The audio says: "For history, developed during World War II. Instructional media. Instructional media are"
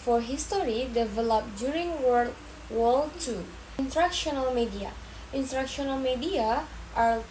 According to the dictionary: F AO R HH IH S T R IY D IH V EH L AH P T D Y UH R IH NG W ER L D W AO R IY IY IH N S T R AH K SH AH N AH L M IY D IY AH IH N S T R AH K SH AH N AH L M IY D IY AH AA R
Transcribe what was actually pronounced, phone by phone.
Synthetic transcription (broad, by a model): F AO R HH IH S T R IY D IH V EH L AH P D Y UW R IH NG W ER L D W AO L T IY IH N T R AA K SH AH N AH L M IY D IY AH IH N T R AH K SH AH N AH L M IY D IY AH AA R